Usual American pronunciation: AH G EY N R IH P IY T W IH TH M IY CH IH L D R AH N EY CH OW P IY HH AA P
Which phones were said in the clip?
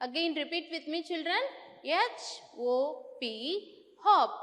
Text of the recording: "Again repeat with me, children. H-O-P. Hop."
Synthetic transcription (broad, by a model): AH G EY N R IH P IY T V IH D M IY CH IH L D R AH N EY CH OW P IY HH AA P